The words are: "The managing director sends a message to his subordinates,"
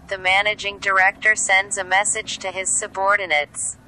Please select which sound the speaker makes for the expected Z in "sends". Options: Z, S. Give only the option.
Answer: Z